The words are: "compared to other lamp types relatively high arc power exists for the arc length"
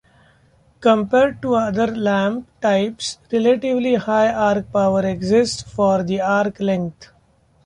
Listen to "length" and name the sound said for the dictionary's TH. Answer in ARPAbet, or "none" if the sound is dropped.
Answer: T